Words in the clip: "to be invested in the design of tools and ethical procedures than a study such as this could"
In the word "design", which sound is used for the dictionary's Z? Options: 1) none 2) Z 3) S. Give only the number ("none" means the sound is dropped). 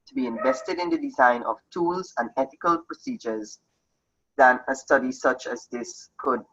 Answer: 2